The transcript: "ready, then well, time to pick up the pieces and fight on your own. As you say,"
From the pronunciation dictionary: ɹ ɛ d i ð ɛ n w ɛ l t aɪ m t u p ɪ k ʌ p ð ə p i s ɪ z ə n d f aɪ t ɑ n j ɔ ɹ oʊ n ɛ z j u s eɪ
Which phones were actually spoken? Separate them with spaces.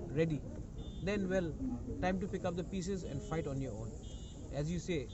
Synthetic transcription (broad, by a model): ɹ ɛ d i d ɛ n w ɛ l t aɪ m t u p ɪ k ʌ p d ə p i s ɪ z ə n d f aɪ t ɑ n j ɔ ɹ oʊ n ɛ z j u s eɪ